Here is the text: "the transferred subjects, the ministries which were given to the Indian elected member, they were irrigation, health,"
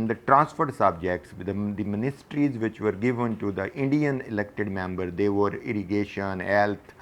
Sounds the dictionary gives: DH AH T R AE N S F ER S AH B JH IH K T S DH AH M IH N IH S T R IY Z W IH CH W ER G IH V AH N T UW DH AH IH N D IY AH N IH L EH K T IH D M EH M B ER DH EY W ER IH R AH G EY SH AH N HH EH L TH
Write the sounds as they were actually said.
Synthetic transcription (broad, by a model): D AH T R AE N S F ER S AH B JH IH K T S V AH M IH N IH S T R IY Z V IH CH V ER G IH V AH N T UW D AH IH N D IY AH N IH L EH K T IH D M EH M B ER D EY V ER IH R AH G EY SH AH N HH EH L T